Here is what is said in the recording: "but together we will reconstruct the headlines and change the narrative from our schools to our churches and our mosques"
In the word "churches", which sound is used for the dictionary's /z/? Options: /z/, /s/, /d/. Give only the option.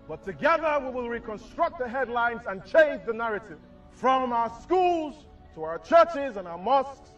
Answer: /z/